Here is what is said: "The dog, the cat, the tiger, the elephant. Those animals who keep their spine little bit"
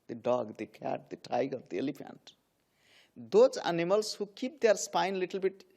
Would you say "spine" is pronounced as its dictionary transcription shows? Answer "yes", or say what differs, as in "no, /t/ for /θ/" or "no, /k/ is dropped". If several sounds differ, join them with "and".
yes